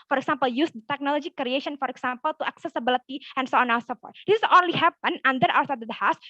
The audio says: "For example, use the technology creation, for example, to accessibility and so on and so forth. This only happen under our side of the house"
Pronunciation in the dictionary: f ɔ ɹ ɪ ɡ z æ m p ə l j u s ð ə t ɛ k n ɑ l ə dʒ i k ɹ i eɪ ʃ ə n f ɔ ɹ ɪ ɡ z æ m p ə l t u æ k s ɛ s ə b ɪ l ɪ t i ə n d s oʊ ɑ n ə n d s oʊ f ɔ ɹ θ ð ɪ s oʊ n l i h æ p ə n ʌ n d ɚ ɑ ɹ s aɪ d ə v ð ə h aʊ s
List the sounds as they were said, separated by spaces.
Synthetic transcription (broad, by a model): f ɔ ɹ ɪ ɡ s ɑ m p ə l j u s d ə t ɛ k n ɑ l ə dʒ i k ɹ i eɪ ʃ ə n f ɔ ɹ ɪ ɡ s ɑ m p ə l t u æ k s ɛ s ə b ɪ l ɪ t i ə n s oʊ ɑ n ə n s oʊ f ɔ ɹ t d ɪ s oʊ n l i h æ p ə n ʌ n d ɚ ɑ w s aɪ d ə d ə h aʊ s